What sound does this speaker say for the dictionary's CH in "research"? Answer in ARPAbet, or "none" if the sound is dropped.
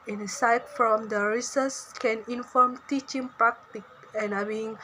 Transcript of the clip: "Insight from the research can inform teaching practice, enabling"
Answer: S